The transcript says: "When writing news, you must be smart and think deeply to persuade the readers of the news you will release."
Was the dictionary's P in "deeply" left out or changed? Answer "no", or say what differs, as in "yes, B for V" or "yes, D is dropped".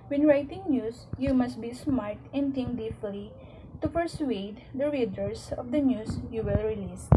yes, F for P